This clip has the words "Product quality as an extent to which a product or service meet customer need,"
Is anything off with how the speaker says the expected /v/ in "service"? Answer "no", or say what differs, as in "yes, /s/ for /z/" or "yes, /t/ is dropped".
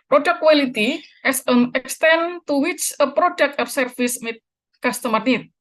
yes, /f/ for /v/